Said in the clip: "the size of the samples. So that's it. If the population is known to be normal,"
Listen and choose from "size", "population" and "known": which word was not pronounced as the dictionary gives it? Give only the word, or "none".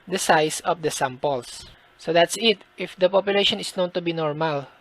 size